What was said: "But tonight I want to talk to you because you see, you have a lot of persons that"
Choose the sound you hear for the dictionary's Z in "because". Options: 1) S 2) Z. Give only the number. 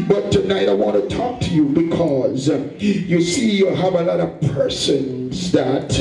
2